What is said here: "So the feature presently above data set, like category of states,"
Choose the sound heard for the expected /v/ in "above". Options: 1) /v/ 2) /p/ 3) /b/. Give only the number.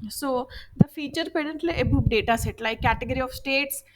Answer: 2